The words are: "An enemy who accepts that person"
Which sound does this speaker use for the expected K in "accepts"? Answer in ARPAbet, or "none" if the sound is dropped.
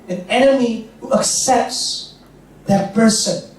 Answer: K